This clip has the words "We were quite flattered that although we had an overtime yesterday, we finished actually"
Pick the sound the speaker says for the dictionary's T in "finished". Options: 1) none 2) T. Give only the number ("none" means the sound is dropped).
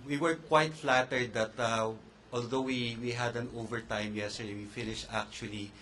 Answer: 2